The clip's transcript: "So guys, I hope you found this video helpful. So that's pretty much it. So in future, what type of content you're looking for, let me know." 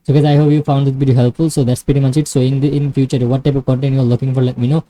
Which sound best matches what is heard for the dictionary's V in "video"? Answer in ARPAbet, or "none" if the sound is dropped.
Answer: P